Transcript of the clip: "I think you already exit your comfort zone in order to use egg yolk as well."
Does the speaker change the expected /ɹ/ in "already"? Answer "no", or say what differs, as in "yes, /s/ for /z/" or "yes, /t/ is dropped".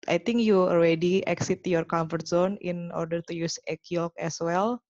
yes, /l/ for /ɹ/